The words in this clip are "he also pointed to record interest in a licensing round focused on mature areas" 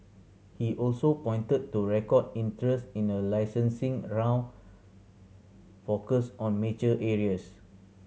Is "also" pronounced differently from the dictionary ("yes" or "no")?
no